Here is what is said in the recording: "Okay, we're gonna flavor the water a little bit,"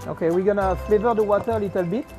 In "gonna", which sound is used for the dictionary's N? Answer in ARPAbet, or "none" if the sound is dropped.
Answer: N